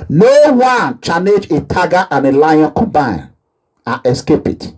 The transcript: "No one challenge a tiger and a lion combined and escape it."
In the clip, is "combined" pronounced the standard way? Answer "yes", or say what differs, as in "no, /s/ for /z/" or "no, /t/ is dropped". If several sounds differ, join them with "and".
no, /d/ is dropped